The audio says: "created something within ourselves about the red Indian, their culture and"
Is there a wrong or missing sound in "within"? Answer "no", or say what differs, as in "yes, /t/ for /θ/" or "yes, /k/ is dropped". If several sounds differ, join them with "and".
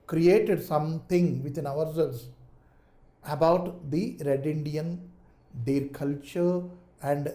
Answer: yes, /t/ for /θ/